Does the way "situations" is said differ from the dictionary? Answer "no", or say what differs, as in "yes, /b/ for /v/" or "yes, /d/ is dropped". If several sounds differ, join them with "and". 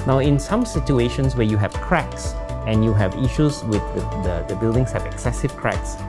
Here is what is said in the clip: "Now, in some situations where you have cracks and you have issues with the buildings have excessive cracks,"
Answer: yes, /s/ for /z/